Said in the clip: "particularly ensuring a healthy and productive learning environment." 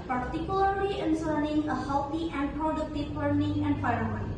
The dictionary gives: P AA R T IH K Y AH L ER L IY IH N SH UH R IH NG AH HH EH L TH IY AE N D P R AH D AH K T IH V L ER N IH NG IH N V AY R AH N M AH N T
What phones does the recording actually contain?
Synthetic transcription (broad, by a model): P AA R T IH K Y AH L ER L IY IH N S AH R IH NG AH HH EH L T IY AE N D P R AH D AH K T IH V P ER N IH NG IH N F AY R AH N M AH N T